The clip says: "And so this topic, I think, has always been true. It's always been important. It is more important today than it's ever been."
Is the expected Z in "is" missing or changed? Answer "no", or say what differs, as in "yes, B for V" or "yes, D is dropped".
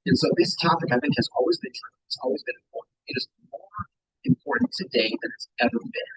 no